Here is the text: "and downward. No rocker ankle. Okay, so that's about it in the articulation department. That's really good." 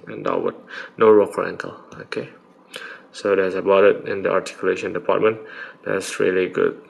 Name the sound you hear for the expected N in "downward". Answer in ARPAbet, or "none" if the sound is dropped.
none